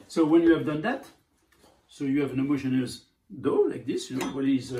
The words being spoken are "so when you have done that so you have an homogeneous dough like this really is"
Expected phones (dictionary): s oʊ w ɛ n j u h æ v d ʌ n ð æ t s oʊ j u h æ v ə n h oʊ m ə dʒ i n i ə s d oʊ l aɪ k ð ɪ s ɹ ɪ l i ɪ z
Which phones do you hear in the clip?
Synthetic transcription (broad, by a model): s oʊ w ɛ n j u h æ v d ʌ n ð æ t s oʊ j u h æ v ə n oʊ m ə ʃ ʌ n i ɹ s d oʊ l aɪ k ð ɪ s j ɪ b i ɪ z